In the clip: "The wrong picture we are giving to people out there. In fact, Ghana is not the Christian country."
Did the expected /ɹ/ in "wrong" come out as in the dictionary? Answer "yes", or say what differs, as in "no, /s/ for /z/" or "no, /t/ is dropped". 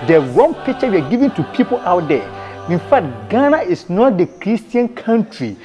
no, /w/ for /ɹ/